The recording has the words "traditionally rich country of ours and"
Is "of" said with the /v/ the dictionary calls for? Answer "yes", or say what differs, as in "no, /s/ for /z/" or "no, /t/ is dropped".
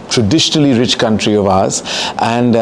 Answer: yes